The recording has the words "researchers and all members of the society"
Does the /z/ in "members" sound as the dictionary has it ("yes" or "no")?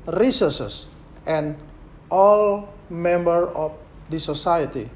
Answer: no